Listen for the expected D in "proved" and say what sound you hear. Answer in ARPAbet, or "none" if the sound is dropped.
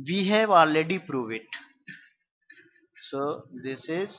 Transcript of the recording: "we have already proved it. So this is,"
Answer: none